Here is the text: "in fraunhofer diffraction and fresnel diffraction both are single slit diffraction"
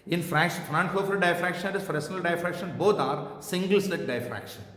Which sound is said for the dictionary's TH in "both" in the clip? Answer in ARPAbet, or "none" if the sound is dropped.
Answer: T